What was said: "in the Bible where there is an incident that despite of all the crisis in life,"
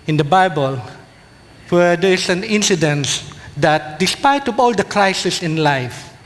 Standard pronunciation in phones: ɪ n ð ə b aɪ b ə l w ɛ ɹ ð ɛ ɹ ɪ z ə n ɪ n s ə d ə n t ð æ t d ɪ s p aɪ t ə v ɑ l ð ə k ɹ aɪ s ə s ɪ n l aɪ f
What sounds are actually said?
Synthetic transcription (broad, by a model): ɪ n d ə b aɪ b ə l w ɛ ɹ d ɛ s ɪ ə n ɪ n s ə d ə n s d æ t d ɪ s p aɪ t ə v ɑ l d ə k l aɪ s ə s ɪ n l aɪ f